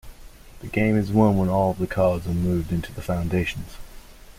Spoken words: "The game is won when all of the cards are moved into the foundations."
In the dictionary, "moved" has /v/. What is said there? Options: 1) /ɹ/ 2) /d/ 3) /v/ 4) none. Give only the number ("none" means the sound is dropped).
3